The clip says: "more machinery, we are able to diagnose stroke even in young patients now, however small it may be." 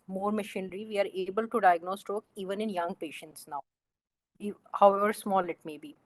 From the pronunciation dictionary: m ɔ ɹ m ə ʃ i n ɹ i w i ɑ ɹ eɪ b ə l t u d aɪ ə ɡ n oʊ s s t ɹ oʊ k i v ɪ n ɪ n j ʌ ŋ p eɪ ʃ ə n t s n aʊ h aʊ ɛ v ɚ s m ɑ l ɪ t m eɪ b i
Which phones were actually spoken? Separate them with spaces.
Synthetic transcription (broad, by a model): m ɔ ɹ m ə ʃ i n ɹ i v i ɑ ɹ eɪ b ə l t u d aɪ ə ɡ n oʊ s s t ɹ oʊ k i v ɪ n ɪ n j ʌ ŋ p eɪ ʃ ə n t s n aʊ h aʊ ɛ v ɚ s m ɑ l ɪ t m eɪ b i